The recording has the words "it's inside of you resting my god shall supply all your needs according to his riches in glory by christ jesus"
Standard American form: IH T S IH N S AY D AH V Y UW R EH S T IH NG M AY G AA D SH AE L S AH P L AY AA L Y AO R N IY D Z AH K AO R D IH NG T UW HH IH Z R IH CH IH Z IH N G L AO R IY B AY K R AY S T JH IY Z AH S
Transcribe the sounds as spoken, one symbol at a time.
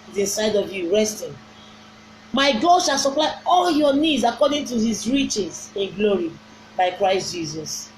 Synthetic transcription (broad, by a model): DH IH S AY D AH V Y UW R EH S T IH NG M AY G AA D SH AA L S AH P L AY AA L Y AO N IY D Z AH K AO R D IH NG T UW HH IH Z R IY CH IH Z IH N G L AO R IY B AY K R AY S T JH IY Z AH S